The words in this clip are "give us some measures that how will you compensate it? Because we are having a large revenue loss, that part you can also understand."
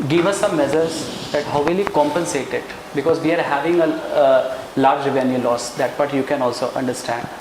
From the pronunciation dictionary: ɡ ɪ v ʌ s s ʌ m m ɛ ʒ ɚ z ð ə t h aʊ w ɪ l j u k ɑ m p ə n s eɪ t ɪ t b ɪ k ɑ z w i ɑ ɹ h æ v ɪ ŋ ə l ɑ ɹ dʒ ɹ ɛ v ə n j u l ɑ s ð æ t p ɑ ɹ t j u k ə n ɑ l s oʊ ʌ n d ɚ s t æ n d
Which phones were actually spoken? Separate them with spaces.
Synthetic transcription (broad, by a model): ɡ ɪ v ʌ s s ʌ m m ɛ z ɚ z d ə t h aʊ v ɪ l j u k ɑ m p ə n s eɪ t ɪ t b ɪ k ɑ z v i ɑ ɹ h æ v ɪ ŋ ə l ɑ ɹ dʒ v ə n j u l ɑ s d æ t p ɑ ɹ t j u k ə n ɑ l s oʊ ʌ n d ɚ s t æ n d